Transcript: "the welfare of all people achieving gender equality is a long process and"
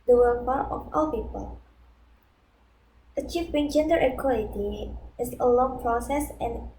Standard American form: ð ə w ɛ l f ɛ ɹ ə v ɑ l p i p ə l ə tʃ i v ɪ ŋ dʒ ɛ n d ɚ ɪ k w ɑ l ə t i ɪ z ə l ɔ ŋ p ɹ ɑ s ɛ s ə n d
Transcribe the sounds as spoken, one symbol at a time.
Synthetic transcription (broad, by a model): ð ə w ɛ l p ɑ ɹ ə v ɑ l p i p ə l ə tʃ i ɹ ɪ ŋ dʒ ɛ n d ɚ ɪ k w ɑ l ə t i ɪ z ə l ɔ ŋ p ɹ ɑ s ɛ s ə n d